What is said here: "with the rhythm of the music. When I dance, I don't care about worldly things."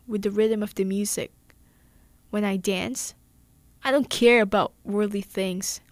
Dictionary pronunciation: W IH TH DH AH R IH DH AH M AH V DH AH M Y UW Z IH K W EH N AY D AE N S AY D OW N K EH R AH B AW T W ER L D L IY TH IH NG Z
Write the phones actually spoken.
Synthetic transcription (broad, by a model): W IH DH AH R IH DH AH M AH V DH AH M Y UW Z IH K W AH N AY D AE N S AY D OW N K EH R AH B AW T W ER D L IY TH IH NG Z